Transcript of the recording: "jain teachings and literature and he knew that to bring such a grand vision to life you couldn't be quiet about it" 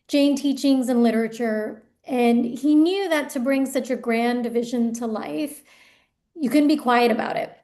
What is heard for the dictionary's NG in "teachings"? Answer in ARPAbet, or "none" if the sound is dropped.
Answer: NG